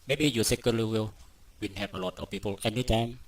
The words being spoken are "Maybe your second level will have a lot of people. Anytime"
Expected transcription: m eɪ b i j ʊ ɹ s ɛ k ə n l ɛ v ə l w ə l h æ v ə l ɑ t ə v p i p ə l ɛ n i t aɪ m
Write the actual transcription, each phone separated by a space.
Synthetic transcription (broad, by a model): m eɪ b i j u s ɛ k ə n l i w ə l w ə n h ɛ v ə l ɑ t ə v p i p ə l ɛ n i t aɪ m